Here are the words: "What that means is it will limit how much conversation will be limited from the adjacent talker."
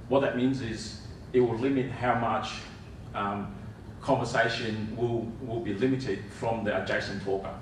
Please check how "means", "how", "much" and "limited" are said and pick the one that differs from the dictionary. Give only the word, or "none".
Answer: none